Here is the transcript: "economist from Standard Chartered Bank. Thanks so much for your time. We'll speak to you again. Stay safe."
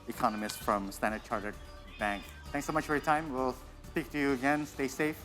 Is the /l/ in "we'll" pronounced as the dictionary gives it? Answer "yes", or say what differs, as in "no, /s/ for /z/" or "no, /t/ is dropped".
yes